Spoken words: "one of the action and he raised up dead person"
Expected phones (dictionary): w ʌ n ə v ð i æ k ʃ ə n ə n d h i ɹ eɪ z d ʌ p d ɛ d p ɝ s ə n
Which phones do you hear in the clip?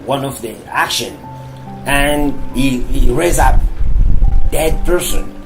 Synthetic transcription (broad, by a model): w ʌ n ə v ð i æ k ʃ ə n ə n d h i ɹ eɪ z ʌ p d ɛ d p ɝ s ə n